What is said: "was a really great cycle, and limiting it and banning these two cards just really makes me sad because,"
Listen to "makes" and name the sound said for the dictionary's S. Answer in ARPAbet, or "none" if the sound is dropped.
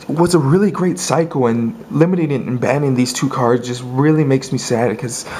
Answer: S